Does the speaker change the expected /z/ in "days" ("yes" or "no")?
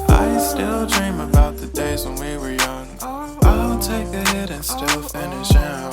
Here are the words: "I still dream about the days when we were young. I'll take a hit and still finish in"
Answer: no